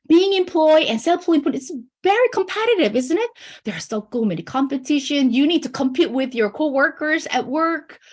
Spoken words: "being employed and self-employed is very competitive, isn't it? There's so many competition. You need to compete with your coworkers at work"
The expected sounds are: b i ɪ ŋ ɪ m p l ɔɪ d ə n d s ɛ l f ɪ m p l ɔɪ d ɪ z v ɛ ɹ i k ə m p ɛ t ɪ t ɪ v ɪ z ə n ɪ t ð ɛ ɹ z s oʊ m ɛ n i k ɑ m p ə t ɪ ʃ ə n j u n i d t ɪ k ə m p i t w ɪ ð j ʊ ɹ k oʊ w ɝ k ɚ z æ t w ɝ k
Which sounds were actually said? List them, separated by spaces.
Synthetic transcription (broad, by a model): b i ɪ ŋ ɪ m p l ɔɪ d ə n s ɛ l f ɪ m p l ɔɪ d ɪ s v ɛ ɹ i k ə m p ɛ t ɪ t ɪ v ɪ z ə n ɪ t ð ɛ ɹ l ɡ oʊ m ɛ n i k ɑ m p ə t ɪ ʃ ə n j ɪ n i d t ɪ k ə m p i t w ɪ ð j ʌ ɹ k oʊ w ɝ k ɚ z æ t w ɝ k